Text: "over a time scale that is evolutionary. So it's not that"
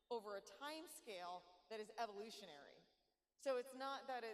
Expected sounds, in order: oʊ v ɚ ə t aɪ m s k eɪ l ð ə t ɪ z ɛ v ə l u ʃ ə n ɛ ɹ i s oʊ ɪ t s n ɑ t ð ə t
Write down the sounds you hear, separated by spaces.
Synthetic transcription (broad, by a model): oʊ v ɚ ə t aɪ m s k eɪ l ð ə t ɪ z ɛ v ə l u ʃ ə n ɛ ɹ i s oʊ ɪ t s n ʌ t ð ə t